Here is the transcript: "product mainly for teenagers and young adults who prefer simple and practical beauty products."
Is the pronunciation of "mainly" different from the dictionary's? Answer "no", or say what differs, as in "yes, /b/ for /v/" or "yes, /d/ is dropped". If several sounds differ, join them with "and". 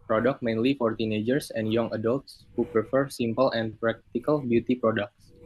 no